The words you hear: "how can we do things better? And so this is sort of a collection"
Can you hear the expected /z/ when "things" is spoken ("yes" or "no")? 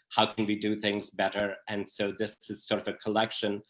yes